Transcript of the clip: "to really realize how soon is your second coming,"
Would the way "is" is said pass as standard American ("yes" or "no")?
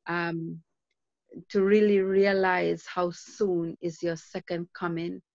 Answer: yes